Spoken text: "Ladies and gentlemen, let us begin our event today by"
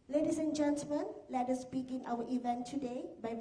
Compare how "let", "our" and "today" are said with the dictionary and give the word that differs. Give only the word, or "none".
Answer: our